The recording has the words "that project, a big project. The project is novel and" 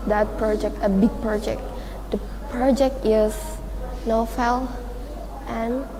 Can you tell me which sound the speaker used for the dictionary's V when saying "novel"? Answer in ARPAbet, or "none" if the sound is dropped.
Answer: F